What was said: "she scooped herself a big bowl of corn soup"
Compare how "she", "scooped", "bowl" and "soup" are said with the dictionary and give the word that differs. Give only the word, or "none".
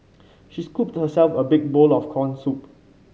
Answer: none